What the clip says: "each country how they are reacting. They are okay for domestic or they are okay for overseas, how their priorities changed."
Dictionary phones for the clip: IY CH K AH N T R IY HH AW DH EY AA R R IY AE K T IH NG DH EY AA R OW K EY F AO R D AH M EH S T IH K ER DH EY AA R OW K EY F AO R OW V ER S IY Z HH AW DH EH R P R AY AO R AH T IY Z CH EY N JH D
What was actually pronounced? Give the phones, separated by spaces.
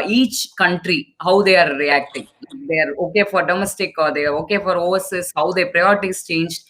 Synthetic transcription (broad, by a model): IY CH K AH N T R IY HH AW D EY AA R R IY AE K T IH NG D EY AA R OW K EY F AO R D AH M EH S T IH K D EY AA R OW K EY F AO R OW ER S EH S HH AW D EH P R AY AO R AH T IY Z CH EY N JH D